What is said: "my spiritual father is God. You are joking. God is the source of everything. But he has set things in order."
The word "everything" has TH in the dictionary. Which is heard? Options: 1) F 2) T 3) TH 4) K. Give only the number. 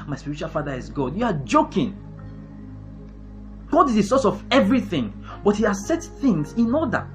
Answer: 3